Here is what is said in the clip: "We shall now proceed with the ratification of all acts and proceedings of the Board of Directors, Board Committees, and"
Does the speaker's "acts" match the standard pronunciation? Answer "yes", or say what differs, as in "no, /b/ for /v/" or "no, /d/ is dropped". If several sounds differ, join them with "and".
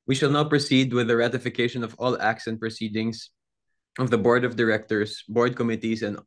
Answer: yes